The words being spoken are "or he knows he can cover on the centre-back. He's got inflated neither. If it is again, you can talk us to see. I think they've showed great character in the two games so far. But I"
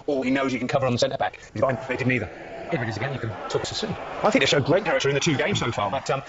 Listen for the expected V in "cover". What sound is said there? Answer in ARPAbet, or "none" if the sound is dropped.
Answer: V